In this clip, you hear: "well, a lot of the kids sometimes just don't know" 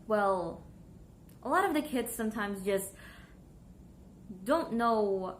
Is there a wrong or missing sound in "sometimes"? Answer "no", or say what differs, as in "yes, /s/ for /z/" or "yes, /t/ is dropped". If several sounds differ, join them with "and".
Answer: no